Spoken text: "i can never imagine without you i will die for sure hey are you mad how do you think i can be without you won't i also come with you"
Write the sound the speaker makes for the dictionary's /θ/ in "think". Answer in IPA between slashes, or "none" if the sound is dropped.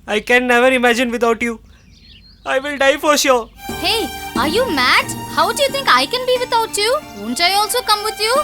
/t/